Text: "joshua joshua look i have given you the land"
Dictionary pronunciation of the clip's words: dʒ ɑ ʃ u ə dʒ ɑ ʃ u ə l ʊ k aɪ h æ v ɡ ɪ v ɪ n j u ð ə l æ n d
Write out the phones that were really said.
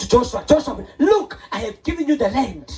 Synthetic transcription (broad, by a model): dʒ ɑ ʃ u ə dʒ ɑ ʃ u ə l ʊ k aɪ h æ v ɡ ɪ v ɪ n j u ð ə l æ n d